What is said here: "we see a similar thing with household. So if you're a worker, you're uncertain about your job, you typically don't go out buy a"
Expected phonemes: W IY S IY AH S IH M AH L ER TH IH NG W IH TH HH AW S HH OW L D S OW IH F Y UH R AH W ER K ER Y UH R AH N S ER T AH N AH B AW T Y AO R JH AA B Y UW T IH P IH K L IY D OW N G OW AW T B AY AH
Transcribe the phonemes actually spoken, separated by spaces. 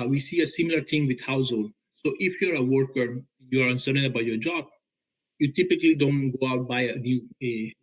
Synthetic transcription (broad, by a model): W IY S IY AH S IH M AH L ER T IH NG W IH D HH AW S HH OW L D S OW IH F Y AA R AH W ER K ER Y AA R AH N S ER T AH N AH B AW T Y AO R JH AA B Y UW T IH P IH K L IY D OW N G OW AW T B AY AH